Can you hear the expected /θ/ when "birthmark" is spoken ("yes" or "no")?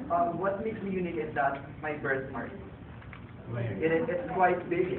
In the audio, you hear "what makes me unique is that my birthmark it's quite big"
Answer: no